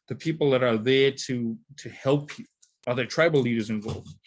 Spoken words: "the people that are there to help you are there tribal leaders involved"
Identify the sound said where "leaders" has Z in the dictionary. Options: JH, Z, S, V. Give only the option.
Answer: Z